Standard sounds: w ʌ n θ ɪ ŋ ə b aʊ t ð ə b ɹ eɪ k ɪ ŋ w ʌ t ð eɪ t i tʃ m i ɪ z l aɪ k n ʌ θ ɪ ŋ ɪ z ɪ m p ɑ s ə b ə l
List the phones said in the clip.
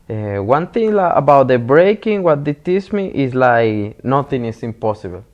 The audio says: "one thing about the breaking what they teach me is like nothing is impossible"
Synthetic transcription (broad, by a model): w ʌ n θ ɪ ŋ ə b aʊ t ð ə b ɹ eɪ k ɪ ŋ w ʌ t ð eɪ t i s m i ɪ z l aɪ k n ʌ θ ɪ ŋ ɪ s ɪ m p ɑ s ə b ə l